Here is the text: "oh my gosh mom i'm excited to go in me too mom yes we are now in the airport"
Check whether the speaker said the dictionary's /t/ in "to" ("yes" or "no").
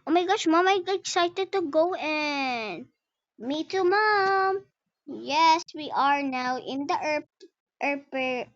yes